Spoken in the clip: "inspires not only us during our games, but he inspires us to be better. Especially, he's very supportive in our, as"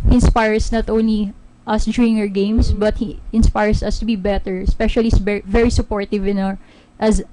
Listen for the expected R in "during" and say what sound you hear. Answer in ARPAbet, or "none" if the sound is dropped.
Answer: none